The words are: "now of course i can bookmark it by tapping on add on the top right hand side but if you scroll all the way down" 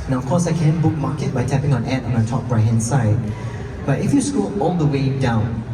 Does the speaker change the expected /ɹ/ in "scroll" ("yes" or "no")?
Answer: yes